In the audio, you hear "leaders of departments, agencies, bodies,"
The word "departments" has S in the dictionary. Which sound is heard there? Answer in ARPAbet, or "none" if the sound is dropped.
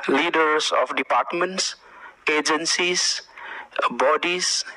S